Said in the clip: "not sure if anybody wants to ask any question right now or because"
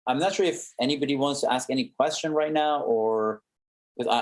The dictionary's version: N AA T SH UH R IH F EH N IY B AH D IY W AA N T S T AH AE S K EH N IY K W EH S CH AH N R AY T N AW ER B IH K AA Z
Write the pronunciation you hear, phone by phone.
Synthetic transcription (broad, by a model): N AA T SH UH R IH F EH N IY B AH D IY W AA N T S T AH AE S K EH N IY K W EH S CH AH N R AY T N AW ER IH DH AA